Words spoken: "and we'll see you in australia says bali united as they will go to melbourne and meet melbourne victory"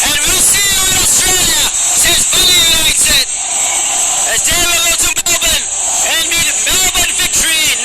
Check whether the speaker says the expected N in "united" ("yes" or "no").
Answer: no